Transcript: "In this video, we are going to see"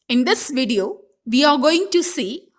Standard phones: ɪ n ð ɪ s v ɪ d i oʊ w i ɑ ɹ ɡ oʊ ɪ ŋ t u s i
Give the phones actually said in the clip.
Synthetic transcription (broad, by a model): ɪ n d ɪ s v ɪ d i oʊ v i ɑ ɹ ɡ oʊ ɪ ŋ t u s i